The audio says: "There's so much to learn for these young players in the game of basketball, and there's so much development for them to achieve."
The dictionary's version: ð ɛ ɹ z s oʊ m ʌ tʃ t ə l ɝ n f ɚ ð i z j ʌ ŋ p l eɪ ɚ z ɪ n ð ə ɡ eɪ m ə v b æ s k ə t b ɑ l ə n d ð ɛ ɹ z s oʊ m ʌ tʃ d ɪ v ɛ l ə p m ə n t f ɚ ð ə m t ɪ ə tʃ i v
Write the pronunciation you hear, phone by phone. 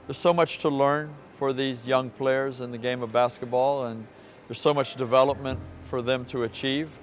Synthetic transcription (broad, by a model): ð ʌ ɹ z s oʊ m ʌ tʃ t ə l ɝ n f ɚ ð i z j ʌ ŋ p l eɪ ɚ z ɪ n ð ə ɡ eɪ m ə v b æ s k ə t b ɑ l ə n ð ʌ ɹ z s oʊ m ʌ tʃ d ɪ v ɛ l ə p m ə n t f ɚ ð ə m t ɪ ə tʃ i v